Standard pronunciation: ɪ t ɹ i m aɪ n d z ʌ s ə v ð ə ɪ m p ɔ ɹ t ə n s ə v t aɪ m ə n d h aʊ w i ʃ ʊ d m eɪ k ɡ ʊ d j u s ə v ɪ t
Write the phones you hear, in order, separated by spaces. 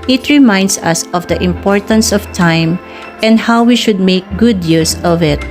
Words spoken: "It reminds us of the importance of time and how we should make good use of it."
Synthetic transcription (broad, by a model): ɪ t ɹ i m aɪ n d s ʌ s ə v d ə ɪ m p ɔ ɹ t ə n s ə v t aɪ m ə n d h aʊ w i ʃ ʊ d m eɪ k ɡ ʊ d j u s ə v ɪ t